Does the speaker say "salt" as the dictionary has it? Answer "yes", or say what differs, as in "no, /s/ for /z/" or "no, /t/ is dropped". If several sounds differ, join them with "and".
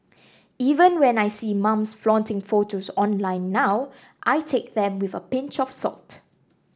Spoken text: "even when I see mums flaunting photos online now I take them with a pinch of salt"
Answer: yes